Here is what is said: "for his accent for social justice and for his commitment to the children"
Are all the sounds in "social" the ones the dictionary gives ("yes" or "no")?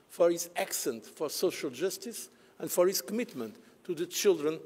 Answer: yes